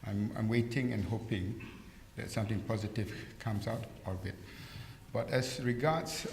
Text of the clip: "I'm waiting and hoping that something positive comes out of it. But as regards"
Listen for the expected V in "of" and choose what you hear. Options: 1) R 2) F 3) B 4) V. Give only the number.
3